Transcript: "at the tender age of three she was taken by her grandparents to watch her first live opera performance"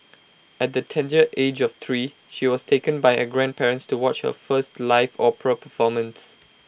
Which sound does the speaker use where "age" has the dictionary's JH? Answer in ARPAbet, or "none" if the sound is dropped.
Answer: JH